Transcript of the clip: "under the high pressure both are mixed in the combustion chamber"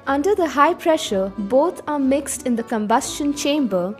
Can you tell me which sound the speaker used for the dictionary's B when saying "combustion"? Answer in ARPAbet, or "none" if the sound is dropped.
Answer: B